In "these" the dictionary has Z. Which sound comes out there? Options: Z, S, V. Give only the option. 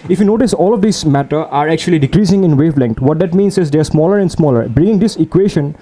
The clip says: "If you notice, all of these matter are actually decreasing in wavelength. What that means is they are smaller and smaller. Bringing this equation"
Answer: S